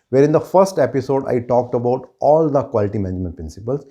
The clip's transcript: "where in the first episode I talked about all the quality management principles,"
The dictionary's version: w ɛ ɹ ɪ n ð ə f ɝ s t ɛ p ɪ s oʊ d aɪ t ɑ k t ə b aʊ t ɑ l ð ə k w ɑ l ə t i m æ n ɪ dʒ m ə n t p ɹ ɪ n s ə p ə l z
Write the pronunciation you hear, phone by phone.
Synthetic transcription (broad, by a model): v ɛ ɹ ɪ n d ə f ɝ s t ɛ p ɪ s oʊ d aɪ t ɑ k t ə b aʊ t ɑ l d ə k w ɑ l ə t i m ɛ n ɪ dʒ m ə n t p ɹ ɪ n s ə p ə l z